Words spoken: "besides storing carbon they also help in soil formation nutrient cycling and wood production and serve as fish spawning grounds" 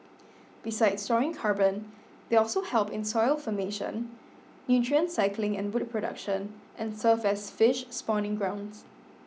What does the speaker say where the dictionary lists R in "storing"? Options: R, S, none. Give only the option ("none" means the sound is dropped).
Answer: none